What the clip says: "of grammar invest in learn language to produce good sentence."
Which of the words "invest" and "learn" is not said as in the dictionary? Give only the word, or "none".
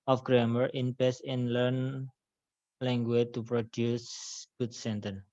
invest